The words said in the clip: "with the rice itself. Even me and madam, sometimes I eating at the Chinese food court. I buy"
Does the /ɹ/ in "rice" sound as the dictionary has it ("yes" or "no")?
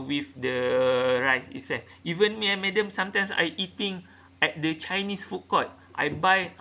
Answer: yes